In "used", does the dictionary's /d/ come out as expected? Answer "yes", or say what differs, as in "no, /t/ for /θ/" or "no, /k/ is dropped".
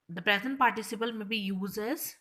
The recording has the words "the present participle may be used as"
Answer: no, /d/ is dropped